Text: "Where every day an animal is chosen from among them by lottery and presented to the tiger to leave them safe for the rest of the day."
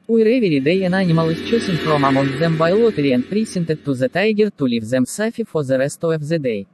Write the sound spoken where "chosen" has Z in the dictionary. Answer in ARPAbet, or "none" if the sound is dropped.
S